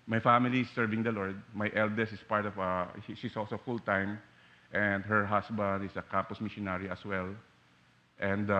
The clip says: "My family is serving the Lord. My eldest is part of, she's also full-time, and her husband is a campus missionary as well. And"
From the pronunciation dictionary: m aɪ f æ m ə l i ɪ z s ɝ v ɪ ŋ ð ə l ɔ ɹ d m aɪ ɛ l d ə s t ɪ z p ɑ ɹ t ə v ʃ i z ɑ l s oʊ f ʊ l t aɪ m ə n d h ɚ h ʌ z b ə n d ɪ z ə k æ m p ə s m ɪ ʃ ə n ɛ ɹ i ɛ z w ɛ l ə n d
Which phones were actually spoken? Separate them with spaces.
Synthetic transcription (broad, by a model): m aɪ f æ m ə l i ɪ s ɝ v ɪ ŋ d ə l ɔ ɹ d m aɪ ɛ l d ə s ɪ s p ɑ ɹ t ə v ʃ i s ɑ l s oʊ f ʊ l t aɪ m ə n d h ɚ h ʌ s b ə n d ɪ s ə k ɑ m p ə s m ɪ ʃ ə n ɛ ɹ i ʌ s w ɛ l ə n d